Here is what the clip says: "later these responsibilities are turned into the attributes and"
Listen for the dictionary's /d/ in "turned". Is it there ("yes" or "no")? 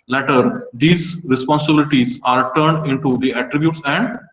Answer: yes